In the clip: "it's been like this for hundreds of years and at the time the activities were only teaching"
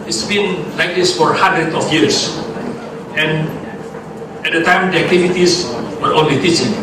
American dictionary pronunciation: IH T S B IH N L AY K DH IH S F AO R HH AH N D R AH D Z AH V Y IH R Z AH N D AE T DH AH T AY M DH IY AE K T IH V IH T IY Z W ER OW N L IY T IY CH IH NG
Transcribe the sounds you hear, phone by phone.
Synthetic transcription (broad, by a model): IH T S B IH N L AY K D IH S F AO R HH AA N D R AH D AH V Y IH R S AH N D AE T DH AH T AY M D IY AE K T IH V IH T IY S W ER OW N L IY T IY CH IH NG